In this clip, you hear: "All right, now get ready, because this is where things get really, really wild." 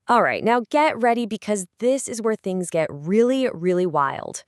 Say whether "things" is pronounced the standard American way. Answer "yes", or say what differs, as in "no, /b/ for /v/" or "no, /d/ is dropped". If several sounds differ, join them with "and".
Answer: yes